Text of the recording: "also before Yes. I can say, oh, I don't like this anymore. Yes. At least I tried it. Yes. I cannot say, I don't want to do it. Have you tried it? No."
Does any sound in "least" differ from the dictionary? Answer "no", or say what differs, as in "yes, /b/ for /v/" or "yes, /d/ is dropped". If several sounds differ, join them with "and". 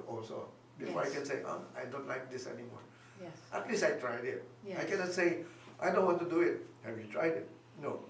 yes, /t/ is dropped